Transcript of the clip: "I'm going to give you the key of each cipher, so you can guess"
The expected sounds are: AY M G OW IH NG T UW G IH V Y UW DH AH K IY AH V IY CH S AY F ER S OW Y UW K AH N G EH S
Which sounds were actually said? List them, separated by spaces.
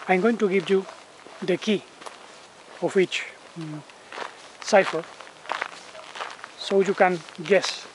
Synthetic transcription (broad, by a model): AY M G OW IH NG T UW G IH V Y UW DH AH K IY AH W IY CH S AY F ER S OW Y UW K AH N G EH S